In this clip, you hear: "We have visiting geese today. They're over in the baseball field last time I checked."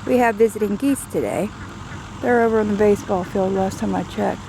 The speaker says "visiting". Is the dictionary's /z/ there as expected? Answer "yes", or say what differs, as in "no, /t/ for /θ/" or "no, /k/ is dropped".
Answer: yes